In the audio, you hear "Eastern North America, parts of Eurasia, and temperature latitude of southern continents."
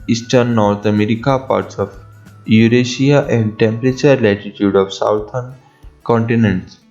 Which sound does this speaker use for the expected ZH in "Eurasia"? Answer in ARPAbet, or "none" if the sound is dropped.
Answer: SH